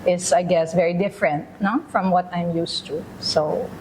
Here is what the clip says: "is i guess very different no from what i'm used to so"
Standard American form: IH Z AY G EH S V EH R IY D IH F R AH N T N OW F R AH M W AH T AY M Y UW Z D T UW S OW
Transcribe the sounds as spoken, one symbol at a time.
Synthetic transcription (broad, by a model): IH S AY G EH S V EH R IY D IH F R AH N T N OW F R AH M W AH T AY M Y UW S T UW S OW